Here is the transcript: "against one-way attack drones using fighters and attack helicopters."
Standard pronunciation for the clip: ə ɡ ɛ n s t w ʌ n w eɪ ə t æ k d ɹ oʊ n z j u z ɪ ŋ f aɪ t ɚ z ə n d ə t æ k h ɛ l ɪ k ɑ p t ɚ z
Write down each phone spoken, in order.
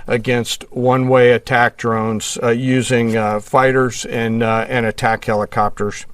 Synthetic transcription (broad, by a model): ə ɡ ɛ n s t w ʌ n w eɪ ə t æ k d ɹ oʊ n z j u z ɪ ŋ f aɪ t ɚ z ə n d ə t æ k h ɛ l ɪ k ɑ p t ɚ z